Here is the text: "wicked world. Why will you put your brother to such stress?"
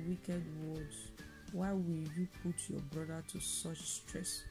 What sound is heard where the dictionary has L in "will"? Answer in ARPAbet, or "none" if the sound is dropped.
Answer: L